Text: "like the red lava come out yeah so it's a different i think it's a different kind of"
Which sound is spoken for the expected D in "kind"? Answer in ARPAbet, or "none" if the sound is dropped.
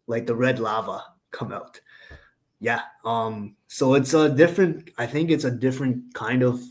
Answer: D